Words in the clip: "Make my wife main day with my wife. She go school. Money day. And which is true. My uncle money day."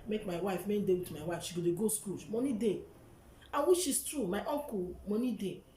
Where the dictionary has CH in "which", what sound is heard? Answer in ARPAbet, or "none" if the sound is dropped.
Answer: SH